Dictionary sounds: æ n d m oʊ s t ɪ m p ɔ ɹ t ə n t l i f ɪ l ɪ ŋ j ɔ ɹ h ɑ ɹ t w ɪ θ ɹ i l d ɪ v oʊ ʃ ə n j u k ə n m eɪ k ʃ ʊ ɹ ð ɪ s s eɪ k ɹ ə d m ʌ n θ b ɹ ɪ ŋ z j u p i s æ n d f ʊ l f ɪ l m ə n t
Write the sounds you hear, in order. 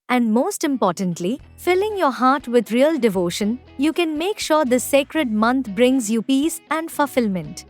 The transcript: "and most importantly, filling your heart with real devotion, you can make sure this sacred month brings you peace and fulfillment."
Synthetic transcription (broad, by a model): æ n d m oʊ s t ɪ m p ɔ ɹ t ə n t l i f ɪ l ɪ ŋ j ɔ ɹ h ɑ ɹ t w ɪ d ɹ i l d ɪ v oʊ ʃ ə n j u k ə n m eɪ k ʃ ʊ ɹ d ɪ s s eɪ k ɹ ə d m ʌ n t b ɹ ɪ ŋ z j u p i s æ n d f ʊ l f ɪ l m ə n t